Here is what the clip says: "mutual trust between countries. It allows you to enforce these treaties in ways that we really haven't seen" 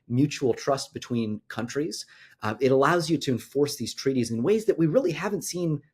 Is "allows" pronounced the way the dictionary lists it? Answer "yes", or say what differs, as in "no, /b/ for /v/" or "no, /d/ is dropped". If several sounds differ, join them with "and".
yes